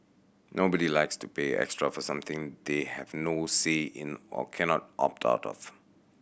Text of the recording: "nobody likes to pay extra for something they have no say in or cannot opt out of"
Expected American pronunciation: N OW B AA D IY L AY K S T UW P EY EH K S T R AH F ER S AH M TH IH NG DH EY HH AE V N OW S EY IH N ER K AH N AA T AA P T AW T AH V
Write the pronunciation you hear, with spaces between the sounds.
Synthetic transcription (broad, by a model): N OW B AA D IY L AY K S T UW P EY EH K S T R AH F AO S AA M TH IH NG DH EY HH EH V N OW S EY IH N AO K AH N AA T AA P T AW T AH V